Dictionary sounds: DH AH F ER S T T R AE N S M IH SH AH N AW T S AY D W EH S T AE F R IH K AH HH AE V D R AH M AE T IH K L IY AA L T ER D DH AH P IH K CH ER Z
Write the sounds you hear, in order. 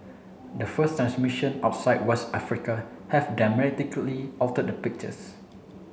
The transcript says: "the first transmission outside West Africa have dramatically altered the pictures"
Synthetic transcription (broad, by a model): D AH F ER S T T R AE N S M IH SH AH N AW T S AY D W EH S T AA F R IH K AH HH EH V D AH M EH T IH K L IY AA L T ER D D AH P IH K CH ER S